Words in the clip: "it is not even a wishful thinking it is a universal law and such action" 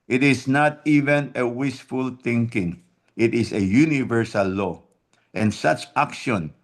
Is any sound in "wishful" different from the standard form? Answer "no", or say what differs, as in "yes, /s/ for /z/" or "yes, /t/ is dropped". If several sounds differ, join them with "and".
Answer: yes, /s/ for /ʃ/